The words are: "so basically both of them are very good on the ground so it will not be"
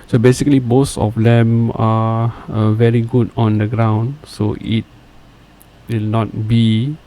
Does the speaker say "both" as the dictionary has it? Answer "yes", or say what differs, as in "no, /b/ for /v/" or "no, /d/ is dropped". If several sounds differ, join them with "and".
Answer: no, /s/ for /θ/